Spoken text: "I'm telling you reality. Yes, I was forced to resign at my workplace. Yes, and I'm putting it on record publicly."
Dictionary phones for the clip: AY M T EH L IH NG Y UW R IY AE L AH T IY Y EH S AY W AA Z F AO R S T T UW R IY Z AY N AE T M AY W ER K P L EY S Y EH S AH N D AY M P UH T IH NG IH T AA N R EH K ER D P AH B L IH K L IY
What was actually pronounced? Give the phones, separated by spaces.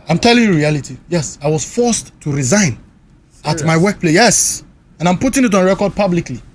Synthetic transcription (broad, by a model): AY M T EH L IH NG Y UW R IY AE L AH T IY Y EH S AY W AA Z F AO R S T T UW R IY Z AY N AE T M AY W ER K P L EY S Y EH S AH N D AY M P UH T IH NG IH T AA N R EH K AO D P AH B L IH K L IY